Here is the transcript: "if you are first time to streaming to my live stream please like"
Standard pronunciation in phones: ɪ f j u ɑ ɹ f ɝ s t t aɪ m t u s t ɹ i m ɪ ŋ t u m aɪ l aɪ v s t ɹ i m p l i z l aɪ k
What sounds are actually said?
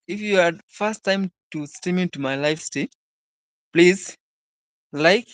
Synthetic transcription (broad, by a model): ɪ f j u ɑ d f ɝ s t t aɪ m t u s t i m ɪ t u m aɪ l aɪ f s t i p l i z l aɪ k